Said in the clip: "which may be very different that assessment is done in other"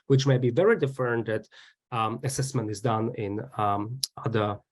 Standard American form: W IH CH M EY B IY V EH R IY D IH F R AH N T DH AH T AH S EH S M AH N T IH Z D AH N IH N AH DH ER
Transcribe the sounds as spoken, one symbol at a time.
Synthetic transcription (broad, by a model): W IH CH M EY B IY V EH R IY D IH F AH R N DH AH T AH S EH S M AH N T IH Z D AH N IH N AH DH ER